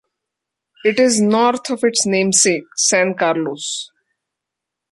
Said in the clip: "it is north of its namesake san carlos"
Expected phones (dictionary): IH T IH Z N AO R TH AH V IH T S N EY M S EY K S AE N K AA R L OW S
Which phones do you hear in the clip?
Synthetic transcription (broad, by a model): IH T IH Z N AO R T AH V IH T S N EY M S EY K S AE N K AA R L OW S